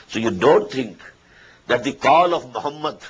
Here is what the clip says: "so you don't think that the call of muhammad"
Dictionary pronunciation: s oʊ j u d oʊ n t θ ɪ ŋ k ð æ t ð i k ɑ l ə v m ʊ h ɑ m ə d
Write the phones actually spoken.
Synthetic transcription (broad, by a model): s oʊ j u d oʊ n t t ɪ ŋ k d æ t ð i k ɑ l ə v m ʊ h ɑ m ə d